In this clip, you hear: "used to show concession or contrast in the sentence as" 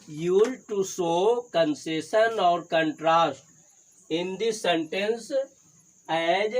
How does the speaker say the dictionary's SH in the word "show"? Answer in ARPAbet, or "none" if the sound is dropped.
S